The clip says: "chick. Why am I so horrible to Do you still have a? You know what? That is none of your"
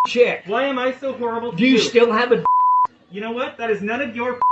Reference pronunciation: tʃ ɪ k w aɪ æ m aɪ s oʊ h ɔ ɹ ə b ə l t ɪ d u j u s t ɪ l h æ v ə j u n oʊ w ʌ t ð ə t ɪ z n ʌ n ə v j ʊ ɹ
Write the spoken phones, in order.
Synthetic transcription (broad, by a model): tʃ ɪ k w aɪ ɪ m aɪ s oʊ h ɔ ɹ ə b l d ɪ j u s t ɪ l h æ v ə j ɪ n oʊ w ʌ t ð ə t ɪ z n ʌ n ə v j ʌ ɹ